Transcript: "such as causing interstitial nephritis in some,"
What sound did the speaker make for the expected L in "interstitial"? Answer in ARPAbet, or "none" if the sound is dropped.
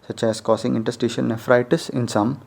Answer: N